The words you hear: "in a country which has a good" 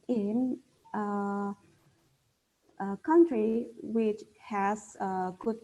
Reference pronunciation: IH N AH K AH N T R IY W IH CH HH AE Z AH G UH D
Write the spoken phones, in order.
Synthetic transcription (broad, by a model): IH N AH K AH N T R IY W IH CH HH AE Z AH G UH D